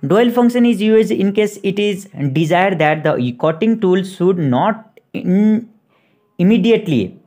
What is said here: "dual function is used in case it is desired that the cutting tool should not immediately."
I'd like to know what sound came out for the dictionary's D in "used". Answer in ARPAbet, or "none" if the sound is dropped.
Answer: none